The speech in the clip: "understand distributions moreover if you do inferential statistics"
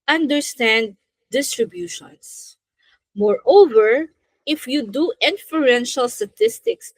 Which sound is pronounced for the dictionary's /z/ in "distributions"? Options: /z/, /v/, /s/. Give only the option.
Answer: /s/